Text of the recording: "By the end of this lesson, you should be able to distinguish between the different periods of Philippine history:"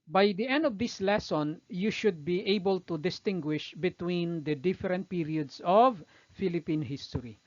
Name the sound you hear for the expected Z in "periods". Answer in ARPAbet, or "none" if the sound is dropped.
S